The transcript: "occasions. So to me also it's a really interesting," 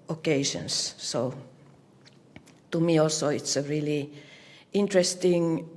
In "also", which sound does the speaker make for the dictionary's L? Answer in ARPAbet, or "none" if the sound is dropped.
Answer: L